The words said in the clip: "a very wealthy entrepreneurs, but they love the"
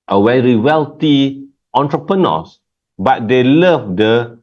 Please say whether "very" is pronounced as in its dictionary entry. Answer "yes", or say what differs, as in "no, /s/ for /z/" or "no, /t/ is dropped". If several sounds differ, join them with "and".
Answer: no, /w/ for /v/